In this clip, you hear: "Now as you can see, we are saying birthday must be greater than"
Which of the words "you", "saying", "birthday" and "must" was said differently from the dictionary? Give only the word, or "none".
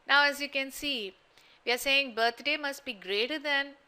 birthday